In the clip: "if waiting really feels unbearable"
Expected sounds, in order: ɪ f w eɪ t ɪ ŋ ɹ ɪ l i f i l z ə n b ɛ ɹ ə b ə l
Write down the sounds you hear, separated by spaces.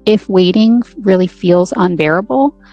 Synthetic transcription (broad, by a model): ɪ f w eɪ t ɪ ŋ ɹ ɪ l i f i l z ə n b ɛ ɹ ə b l